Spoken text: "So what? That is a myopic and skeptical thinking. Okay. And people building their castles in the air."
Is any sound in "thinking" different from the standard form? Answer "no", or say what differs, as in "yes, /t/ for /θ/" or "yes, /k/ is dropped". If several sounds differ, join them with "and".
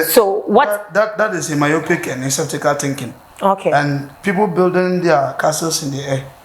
yes, /t/ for /θ/